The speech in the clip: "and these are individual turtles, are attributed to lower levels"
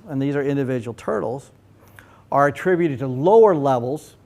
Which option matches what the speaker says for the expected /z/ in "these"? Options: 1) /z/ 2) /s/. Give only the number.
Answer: 1